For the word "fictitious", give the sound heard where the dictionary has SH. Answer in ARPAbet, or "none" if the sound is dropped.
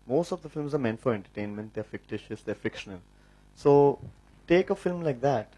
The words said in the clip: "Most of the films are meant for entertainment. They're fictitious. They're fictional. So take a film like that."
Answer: SH